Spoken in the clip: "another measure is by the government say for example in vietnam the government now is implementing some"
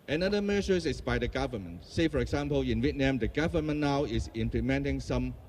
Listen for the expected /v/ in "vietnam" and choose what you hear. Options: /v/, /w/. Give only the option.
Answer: /w/